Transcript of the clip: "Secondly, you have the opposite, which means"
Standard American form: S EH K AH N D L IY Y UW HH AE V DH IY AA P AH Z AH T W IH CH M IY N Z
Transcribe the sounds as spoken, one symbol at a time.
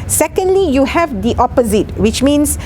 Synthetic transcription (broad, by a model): S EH K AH N D L IY Y UW HH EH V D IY AA P AH Z AH T W IH CH M IY N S